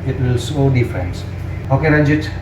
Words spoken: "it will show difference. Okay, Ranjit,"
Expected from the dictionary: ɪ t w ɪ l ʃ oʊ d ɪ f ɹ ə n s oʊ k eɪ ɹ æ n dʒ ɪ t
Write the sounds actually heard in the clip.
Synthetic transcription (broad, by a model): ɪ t w ɪ l s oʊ d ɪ f ɹ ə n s oʊ k eɪ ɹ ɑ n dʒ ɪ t